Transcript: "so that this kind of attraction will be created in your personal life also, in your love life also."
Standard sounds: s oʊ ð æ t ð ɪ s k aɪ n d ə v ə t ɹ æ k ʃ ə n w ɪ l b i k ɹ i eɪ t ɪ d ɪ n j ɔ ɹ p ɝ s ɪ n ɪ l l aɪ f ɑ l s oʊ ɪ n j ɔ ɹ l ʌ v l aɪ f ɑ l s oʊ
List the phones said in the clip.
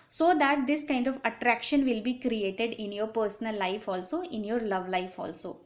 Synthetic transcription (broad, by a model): s oʊ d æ t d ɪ s k aɪ n d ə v ə t ɹ æ k ʃ ə n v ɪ l b i k ɹ i eɪ t ɪ d ɪ n j ɔ ɹ p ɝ s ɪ n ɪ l l aɪ f ɑ l s oʊ ɪ n j ɔ ɹ l ʌ v l aɪ f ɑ l s oʊ